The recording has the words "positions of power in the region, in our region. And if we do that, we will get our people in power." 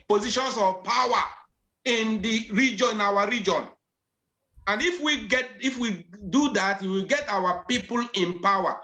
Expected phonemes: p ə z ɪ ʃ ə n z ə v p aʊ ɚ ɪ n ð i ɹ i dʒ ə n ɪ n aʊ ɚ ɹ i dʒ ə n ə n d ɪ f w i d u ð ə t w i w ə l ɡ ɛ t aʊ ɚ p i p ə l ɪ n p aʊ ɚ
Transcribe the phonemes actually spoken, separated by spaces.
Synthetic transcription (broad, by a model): p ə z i ʃ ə n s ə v p aʊ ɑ ɪ n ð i ɹ i dʒ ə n ɪ n aʊ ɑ ɹ i dʒ ə n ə n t ɪ f w i d u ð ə t w i w ə l ɡ ɛ t aʊ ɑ p i p ə l ɪ n p aʊ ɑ